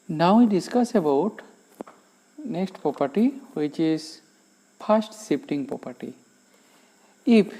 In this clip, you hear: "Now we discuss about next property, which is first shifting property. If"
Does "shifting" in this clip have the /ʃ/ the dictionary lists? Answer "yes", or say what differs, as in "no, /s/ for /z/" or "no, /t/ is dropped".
no, /s/ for /ʃ/